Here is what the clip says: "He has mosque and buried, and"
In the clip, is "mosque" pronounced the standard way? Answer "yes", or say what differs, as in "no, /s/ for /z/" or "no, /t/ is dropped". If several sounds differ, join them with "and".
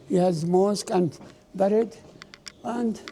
yes